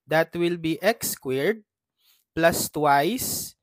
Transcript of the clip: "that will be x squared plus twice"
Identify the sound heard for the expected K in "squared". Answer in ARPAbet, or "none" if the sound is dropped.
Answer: K